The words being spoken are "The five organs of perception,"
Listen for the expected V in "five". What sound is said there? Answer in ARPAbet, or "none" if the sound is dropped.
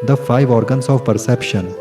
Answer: V